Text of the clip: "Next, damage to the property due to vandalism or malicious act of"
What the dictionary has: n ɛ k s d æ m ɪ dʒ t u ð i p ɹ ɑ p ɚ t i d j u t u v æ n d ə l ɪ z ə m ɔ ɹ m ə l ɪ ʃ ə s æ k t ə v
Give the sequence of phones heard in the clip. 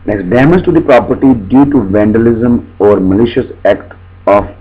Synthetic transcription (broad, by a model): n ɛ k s d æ m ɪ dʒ t u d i p ɹ ɑ p ɚ t i d j u t u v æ n d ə l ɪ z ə m ɔ ɹ m ə l ɪ ʃ ə s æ k t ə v